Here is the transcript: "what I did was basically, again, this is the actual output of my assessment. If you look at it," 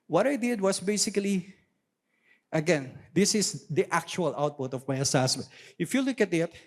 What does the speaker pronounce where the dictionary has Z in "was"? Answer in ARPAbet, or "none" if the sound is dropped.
S